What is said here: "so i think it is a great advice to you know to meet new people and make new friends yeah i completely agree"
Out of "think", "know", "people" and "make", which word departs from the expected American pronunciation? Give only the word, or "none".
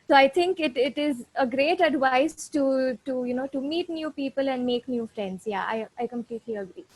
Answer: think